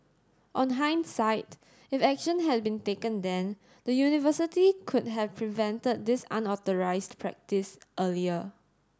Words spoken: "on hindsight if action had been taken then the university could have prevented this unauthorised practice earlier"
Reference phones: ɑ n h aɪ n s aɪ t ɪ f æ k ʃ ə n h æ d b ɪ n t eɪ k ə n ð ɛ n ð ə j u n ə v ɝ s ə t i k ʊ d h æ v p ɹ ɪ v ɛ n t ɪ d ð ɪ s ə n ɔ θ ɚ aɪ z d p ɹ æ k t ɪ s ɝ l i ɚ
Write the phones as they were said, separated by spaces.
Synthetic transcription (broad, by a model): ɑ n h aɪ n s aɪ t ɪ f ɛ k ʃ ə n h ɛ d b ɪ n t eɪ k ə n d ɛ n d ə j u n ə v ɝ s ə t i k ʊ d h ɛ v p ɹ ɪ v ɛ n t ɪ d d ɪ s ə n ɔ t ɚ aɪ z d p ɹ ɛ k t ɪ s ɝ l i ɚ